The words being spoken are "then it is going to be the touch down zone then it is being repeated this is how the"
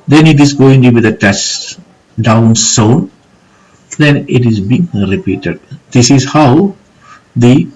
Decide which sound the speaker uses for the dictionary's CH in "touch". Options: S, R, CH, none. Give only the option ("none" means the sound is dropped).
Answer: S